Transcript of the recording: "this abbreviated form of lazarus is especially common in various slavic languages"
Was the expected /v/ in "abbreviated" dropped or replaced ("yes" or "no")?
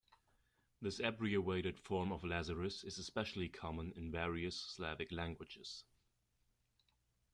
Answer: yes